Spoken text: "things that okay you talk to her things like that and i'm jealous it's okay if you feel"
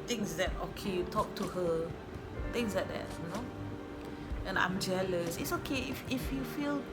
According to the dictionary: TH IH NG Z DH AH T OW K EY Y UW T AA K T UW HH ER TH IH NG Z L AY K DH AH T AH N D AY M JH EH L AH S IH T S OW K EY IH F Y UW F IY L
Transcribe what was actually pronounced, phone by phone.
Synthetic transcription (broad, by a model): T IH NG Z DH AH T OW K EY Y UW T AA K T UW HH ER T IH NG S L AY K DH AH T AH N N AY M JH EH L AH S IH T S OW K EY IH F Y UW F IY L